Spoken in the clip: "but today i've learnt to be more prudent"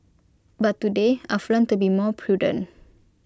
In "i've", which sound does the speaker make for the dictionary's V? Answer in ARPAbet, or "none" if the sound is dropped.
F